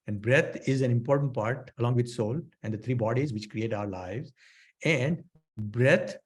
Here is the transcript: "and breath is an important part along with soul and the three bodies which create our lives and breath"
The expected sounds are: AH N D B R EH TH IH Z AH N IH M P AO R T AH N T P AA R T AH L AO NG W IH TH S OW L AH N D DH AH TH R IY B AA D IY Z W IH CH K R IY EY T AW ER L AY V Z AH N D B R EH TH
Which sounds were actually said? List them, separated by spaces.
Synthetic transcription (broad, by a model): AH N D B R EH T IH Z AH N IH M P AO R T AH N T P AA R T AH L AO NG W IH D S OW L AH N D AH T R IY B AA D IY Z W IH CH K R IY EY T AW ER L AY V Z AH N D B R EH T